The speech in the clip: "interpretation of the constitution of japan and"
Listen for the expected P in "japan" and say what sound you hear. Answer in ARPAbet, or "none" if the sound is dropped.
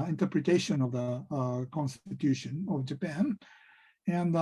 P